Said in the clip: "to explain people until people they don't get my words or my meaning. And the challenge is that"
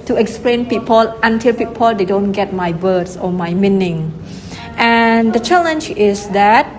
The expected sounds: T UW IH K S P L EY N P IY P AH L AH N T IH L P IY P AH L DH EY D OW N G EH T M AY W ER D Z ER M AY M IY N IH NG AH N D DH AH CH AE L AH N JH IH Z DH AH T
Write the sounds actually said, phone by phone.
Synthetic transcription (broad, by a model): T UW IH K S P L EY N P IY P AH L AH N T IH L P IY P AH L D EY D OW N G EH T M AY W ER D S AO M AY M IY N IH NG AH N D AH CH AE L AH N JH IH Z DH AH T